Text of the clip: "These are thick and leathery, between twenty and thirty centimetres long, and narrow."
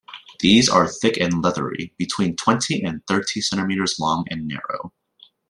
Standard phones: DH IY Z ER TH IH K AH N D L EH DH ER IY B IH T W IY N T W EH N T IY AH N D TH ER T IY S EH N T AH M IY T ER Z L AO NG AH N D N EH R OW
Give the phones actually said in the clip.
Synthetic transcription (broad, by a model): DH IY Z ER TH IH K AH N L EH DH ER IY B IH T W IY N T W EH N T IY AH N TH ER T IY S EH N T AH M IY T ER Z L AO NG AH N N EH R OW